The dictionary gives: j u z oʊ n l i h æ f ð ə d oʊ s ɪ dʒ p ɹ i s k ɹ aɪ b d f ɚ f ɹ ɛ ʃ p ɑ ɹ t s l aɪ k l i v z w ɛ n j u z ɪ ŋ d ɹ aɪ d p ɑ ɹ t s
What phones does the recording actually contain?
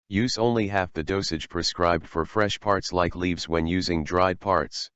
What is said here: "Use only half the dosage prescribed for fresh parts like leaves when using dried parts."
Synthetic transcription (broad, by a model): j u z oʊ n l i h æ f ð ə d oʊ s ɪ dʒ p ɹ i s k ɹ aɪ b d f ɚ f ɹ ɛ ʃ p ɑ ɹ t s l aɪ k l i v z w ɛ n j u z ɪ ŋ d ɹ aɪ d p ɑ ɹ t s